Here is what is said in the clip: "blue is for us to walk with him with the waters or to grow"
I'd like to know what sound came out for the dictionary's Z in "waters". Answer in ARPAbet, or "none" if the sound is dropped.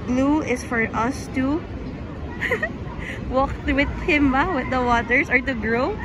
S